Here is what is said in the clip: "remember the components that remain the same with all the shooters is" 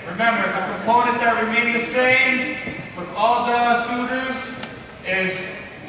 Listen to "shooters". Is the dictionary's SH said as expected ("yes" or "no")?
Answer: no